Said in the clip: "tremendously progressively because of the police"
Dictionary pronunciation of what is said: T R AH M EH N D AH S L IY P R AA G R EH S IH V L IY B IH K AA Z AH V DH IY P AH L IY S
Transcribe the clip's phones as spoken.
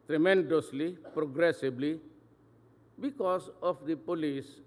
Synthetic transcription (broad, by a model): T R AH M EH N D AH S L IY P R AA G R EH S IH B L IY B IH K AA S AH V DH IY P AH L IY S